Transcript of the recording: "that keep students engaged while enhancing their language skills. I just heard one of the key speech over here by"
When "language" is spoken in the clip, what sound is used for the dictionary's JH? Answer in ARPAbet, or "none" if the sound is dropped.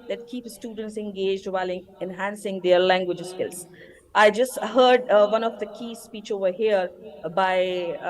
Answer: JH